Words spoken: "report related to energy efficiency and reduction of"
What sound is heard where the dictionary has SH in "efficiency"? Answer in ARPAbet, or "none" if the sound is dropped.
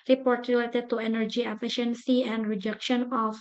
SH